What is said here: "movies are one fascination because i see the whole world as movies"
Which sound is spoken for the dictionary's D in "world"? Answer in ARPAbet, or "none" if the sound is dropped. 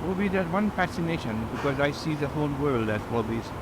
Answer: D